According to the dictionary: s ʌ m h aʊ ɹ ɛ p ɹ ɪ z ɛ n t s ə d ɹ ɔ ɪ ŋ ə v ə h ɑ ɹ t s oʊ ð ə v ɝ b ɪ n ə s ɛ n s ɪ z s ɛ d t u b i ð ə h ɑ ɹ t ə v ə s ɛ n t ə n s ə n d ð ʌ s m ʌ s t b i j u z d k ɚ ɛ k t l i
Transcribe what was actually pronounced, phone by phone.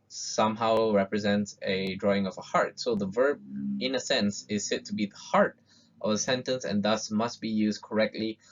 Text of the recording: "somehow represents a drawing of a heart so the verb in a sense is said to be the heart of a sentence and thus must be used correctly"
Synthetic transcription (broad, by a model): s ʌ m h aʊ ɹ ɛ p ɹ ɪ z ɛ n t s ə d ɹ ɔ ɪ ŋ ə v ə h ɑ ɹ t s oʊ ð ə v ɝ b ɪ n ə s ɛ n s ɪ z s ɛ t u b i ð ə h ɑ ɹ t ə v ə s ɛ n t ə n s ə n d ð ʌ s m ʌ s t b i j u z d k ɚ ɛ k t l i